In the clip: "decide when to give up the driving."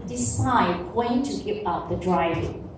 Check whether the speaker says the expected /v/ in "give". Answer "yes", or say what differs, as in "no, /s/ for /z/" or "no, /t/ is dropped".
no, /p/ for /v/